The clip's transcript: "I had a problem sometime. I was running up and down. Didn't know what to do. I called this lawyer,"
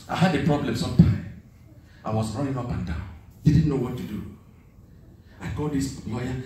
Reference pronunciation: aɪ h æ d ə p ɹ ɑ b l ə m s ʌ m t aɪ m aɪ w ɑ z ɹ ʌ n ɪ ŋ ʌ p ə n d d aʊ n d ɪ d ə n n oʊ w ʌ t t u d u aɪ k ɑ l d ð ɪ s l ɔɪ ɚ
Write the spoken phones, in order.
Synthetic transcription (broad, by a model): aɪ h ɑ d ə p ɹ ɑ b l ə m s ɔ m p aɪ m aɪ w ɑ s ɹ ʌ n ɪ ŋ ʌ p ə n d d aʊ n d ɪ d n n oʊ w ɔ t t u d u aɪ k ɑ d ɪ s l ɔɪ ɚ